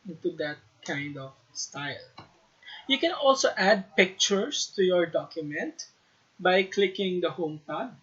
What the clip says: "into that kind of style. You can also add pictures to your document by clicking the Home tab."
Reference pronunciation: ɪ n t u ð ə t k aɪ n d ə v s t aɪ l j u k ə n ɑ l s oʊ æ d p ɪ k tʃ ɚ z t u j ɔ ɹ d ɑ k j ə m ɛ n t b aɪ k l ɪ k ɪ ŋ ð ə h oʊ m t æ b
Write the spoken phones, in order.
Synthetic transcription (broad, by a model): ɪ n t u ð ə t k aɪ n d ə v s t aɪ l j u k ə n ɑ l s oʊ æ d p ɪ k tʃ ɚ s t u j ɔ ɹ d ɑ k j ə m ɛ n t b aɪ k l ɪ k ɪ ŋ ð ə h oʊ m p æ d